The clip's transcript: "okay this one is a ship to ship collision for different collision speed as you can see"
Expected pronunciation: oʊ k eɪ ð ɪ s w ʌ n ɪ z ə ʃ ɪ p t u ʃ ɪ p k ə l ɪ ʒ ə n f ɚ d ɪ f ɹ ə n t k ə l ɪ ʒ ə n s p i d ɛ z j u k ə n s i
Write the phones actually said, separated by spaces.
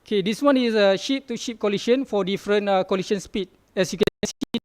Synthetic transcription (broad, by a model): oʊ k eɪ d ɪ s w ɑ n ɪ s ə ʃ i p t u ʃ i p k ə l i ʃ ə n f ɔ d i f ɹ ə n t k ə l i ʃ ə n s p i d ɛ s j u k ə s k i